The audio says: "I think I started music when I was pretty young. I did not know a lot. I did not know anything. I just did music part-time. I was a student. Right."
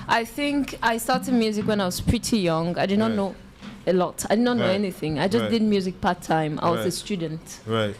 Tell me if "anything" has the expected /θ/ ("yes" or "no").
yes